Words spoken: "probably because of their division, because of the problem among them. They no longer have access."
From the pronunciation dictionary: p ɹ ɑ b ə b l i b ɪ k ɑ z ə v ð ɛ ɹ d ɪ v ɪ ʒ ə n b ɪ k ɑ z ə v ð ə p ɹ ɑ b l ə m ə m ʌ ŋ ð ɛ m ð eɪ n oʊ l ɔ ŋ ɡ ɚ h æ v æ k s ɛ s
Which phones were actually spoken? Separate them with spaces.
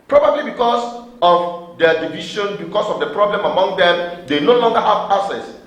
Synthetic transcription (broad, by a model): p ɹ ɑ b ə b l i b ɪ k ɑ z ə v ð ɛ d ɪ v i ʃ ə n b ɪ k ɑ s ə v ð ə p ɹ ɑ b l ə m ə m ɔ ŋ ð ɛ m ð eɪ n oʊ l ɔ ŋ ɡ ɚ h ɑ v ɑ s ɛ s